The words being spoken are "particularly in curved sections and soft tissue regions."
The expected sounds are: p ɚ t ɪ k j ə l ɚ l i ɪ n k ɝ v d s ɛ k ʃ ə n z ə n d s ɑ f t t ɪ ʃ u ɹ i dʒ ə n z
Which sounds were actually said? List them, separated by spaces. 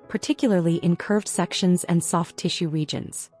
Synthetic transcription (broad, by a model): p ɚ t ɪ k j l ɚ l i ɪ n k ɝ v d s ɛ k ʃ ə n z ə n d s ɑ f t t ɪ ʃ u ɹ i dʒ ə n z